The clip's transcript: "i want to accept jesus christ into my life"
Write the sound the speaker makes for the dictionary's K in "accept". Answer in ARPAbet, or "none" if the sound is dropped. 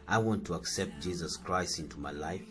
K